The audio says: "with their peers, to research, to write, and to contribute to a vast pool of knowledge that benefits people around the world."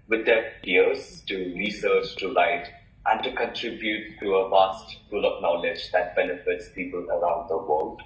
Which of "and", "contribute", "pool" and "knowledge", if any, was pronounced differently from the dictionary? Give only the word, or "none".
pool